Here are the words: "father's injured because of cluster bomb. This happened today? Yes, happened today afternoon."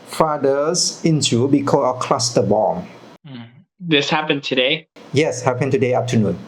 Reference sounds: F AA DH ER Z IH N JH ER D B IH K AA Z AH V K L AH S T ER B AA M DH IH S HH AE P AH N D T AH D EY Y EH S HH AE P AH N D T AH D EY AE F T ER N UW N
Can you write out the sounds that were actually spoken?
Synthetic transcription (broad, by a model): F AA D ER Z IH N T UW B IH K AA AH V K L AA S T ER B AA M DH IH S HH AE P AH N T AH D EY Y EH S HH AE P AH N T AH D EY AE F T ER N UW N